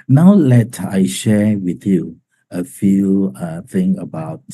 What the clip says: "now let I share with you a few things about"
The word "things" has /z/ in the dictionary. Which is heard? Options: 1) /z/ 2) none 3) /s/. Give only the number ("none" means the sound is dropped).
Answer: 2